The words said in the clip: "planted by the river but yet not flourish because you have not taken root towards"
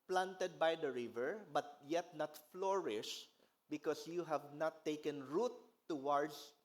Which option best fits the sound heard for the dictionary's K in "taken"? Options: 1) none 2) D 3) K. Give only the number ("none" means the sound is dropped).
3